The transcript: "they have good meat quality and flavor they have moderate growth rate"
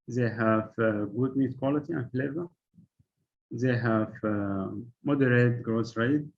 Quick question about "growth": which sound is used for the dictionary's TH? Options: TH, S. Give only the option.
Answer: S